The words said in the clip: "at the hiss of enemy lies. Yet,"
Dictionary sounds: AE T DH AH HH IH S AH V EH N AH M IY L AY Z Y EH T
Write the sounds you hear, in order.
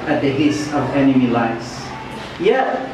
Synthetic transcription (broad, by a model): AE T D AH HH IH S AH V EH N AH M IY L AY S Y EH